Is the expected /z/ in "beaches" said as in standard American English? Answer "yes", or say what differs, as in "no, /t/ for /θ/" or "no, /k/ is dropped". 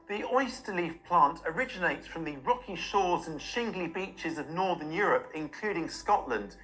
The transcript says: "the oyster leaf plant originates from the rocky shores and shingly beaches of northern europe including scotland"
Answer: yes